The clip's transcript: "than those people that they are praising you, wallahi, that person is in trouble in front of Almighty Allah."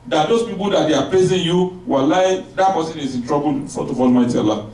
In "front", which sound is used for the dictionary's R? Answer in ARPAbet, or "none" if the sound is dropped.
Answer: none